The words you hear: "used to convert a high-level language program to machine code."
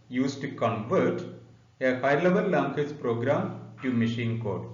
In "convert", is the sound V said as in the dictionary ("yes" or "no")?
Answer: yes